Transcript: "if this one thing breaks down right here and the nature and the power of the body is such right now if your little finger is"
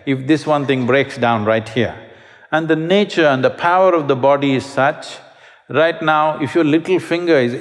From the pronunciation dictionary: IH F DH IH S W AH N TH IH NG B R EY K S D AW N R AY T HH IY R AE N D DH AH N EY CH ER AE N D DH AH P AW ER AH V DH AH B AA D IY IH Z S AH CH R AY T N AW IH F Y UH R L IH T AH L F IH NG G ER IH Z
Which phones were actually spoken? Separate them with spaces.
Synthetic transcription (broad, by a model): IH F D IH S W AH N T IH NG B R EY K S D AW N R AY T HH IY R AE N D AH N EY CH ER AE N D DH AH P AW ER AH V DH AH B AA D IY IH Z S AH CH R AY T N AW IH F Y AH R L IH T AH L F IH NG G ER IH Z